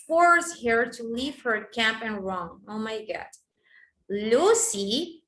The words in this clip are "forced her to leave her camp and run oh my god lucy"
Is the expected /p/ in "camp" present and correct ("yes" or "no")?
yes